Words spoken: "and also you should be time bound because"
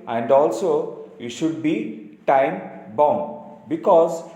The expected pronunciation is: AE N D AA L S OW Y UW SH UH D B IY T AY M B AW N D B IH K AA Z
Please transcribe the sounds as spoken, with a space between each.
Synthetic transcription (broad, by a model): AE N D AA L S OW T SH UH D B IY T AY M B AW N D B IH K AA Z